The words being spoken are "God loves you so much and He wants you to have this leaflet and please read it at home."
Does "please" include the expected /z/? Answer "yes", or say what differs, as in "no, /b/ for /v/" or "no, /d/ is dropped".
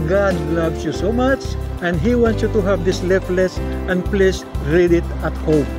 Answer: no, /s/ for /z/